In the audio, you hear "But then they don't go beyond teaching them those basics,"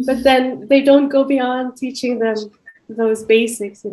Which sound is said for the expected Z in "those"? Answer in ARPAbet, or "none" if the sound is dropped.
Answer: Z